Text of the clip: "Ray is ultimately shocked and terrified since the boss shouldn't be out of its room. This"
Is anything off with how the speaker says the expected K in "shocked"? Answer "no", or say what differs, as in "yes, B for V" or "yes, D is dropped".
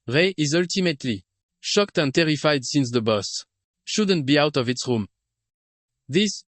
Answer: no